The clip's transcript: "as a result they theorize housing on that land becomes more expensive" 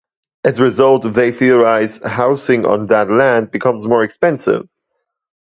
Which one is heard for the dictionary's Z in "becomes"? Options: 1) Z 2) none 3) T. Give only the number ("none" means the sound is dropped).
1